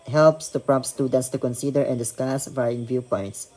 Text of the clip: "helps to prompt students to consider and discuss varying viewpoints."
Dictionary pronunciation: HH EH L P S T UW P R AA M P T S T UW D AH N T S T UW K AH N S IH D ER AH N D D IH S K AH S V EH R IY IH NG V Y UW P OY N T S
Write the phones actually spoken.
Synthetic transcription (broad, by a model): HH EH L P S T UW P R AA P S T UW D AH N T S T UW K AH N S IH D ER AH N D D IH S K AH S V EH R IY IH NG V Y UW P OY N T S